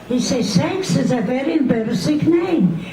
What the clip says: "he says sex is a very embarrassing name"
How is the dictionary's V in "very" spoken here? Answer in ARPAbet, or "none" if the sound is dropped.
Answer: V